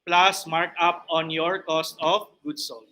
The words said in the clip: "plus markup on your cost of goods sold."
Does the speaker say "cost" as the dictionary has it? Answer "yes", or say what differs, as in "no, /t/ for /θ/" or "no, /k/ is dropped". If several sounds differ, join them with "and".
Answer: yes